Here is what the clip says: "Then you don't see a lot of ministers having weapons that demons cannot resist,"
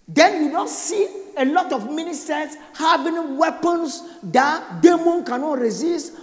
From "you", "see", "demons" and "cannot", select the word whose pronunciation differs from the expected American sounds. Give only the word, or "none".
demons